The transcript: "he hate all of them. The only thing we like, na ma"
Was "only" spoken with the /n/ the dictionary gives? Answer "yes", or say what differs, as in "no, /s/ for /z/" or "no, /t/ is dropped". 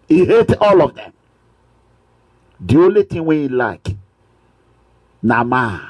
no, /n/ is dropped